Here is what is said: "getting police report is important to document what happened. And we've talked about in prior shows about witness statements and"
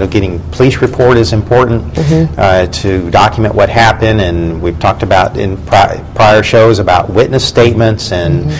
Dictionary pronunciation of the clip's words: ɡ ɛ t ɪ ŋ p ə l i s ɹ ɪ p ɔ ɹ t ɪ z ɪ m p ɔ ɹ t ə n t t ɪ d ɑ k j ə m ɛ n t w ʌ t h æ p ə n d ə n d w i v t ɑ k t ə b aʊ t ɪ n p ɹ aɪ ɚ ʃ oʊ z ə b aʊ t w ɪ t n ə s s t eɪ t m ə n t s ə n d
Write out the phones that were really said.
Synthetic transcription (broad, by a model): ɡ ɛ t ɪ ŋ p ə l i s ɹ ɪ p ɔ ɹ t ɪ z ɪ m p ɔ ɹ t n t t ɪ d ɑ k j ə m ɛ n t w ʌ t h æ p ə n d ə n w i v t ɑ k t ə b aʊ t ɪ n p ɹ aɪ ɚ ʃ oʊ z ə b aʊ t w ɪ t n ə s s t eɪ t m ə n t s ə n